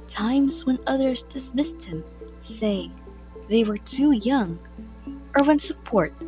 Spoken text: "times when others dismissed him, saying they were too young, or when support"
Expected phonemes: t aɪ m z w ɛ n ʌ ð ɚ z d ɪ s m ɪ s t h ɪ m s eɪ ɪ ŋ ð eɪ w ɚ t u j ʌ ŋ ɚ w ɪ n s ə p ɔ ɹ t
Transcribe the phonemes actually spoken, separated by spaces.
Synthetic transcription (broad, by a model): t aɪ m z w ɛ n ʌ ð ɚ z d ɪ s m ɪ s t h ɪ m s eɪ ɪ ŋ ð eɪ w ɚ t u j ʌ ŋ ɚ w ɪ n s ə p ɔ ɹ t